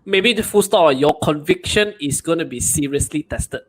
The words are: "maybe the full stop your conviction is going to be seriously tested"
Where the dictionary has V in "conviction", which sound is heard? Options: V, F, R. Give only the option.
V